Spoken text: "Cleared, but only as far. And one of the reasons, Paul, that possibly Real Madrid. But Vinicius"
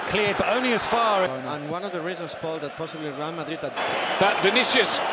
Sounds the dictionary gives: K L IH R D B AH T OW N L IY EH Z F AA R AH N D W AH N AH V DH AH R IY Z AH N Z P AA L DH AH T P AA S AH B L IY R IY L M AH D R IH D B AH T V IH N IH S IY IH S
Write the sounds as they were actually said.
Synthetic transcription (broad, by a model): K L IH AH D B AH T OW N L IY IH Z F AA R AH N W AH N AH V DH AH R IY Z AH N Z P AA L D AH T P AA S AH B L IY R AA N M AH D R IH D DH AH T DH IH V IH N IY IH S